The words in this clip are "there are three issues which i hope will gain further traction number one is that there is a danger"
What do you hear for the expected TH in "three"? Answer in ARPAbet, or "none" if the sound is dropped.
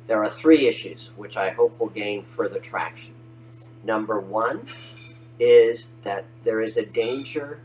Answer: TH